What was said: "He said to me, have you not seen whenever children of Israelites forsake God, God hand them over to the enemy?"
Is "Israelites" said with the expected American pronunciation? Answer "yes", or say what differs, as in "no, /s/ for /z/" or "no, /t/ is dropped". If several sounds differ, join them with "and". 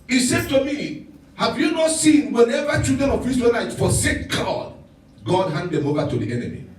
no, /n/ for /l/